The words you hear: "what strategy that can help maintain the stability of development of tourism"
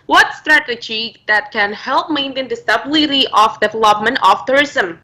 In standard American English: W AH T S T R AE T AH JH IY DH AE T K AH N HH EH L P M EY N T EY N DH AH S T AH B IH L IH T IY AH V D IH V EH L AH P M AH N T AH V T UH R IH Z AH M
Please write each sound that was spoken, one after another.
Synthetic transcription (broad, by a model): W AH T S T R AE T AH JH IY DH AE T K AH N HH EH L P M EY N T EY N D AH S T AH B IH L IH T IY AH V D IH V EH L AH P M AH N T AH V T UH R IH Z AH M